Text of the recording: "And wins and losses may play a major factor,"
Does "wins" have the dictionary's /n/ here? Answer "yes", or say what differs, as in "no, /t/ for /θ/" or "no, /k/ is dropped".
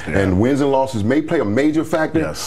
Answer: yes